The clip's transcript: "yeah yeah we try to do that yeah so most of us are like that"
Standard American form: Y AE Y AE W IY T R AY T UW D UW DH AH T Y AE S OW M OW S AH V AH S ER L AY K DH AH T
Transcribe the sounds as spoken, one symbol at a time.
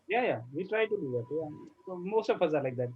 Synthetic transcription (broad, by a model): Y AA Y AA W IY T R AY T UW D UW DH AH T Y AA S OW M OW S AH P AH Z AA L AY K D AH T